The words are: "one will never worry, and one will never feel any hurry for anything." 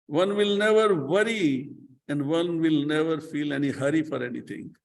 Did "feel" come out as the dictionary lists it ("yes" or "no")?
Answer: yes